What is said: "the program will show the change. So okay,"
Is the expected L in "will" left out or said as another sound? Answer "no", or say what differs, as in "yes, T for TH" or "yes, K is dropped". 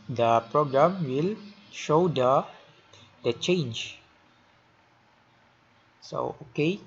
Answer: no